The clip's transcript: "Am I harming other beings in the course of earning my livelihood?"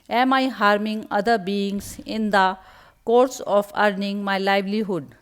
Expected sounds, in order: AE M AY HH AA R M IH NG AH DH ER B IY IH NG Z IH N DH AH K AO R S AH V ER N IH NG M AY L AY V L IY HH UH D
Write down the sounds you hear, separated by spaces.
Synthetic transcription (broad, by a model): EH M AY HH AA R M IH NG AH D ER B IY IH NG S IH N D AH K AO R S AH P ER N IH NG M AY L AY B L IY HH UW D